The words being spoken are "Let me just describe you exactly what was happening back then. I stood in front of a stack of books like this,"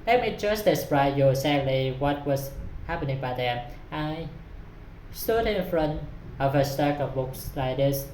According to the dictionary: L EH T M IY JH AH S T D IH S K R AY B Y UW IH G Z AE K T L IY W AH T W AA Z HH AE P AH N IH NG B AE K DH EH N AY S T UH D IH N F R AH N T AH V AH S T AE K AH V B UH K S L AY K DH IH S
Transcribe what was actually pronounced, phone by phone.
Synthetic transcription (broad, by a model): L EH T M IY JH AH S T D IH S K R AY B Y UW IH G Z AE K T L IY W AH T W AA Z HH AE P AH N IH NG B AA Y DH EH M AY S T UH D IH N F R AH N T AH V AH S T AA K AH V B UH K S L AY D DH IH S